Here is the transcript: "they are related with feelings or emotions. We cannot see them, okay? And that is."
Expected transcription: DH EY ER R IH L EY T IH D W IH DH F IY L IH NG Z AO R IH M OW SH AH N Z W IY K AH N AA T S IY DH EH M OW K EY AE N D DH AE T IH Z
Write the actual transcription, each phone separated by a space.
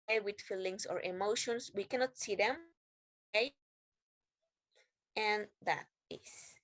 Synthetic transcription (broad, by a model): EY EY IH W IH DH F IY L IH NG S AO R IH M OW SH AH N S W IY K AH N AA T S IY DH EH M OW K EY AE N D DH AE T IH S